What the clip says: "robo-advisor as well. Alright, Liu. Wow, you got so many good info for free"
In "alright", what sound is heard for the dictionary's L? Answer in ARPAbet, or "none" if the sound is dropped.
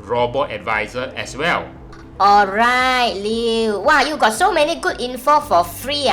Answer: L